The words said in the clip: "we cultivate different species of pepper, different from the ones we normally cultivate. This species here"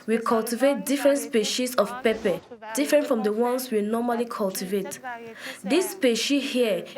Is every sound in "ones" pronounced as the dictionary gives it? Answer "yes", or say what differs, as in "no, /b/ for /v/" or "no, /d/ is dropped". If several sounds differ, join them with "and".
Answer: no, /s/ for /z/